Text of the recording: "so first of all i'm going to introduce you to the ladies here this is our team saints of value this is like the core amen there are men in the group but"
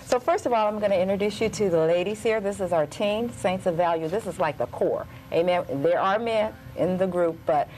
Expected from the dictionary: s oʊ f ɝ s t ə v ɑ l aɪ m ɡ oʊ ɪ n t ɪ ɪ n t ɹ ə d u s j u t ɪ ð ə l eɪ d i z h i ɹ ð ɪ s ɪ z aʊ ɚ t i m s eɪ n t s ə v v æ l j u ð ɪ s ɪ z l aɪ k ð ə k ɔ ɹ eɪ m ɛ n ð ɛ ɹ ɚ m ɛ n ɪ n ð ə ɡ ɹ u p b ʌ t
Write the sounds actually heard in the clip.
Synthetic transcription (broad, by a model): s oʊ f ɝ s t ə v ɑ l aɪ m ɡ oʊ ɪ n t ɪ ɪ n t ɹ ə d u s j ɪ t ɪ ð ə l eɪ d i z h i ɹ ð ɪ s ɪ z aʊ ɚ t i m s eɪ n s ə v v æ l j u ð ɪ s ɪ z l aɪ k ð ə k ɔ ɹ eɪ m ɛ n ð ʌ ɹ ɚ m ɛ n ɪ n ð ə ɡ ɹ u p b ʌ t